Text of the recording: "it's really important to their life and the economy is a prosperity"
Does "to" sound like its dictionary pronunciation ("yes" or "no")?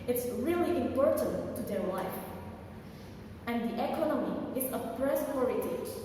yes